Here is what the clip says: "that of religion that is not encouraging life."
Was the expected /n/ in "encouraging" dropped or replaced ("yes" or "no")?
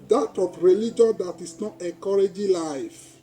yes